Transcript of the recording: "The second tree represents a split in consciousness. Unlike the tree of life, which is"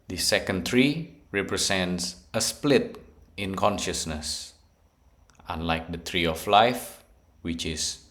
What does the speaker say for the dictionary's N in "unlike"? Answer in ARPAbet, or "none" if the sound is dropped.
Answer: N